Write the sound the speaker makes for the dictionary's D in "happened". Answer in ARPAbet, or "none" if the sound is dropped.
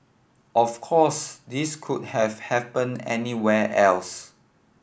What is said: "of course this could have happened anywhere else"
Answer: none